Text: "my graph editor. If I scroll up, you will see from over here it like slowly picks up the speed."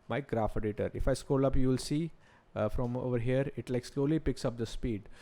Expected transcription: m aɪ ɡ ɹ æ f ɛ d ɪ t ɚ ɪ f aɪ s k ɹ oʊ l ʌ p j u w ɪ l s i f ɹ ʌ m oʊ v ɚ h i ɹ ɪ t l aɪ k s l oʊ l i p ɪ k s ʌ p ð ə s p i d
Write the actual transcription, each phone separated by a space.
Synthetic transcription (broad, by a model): m aɪ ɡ ɹ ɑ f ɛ d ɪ t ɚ ɪ f aɪ s k oʊ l ʌ p j u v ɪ l s i f ɹ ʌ m oʊ v ɚ h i ɹ ɪ t l aɪ k s l oʊ l i p ɪ k s ʌ p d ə s p i d